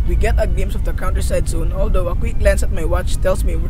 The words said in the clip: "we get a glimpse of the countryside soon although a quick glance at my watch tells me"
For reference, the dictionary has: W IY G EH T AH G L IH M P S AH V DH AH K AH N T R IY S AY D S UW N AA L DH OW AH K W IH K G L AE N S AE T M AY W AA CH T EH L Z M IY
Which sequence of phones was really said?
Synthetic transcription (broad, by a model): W IY G EH T AH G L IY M S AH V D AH K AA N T R IY S AY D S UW N AA L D OW AH K W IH K L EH N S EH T M AY W AA CH T EH L S M IY